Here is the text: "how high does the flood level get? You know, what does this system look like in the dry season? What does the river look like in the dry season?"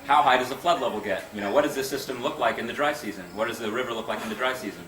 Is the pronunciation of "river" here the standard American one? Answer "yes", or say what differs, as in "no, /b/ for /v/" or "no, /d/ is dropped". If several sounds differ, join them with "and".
yes